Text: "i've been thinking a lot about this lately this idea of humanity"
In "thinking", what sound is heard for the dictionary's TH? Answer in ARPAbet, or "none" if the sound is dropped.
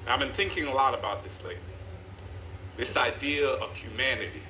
TH